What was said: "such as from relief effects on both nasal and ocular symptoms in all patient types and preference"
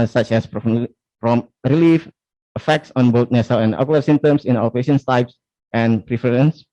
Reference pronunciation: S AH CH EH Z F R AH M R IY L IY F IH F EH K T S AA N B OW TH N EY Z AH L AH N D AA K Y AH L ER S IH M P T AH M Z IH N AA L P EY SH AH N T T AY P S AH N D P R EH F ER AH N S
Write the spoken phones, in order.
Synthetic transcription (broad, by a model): S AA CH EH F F R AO M R IY L IY F IH F EH K T S AA N B OW T N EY S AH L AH N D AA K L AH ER S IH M T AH M S IH N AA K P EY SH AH N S T AY P S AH N P R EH F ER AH N S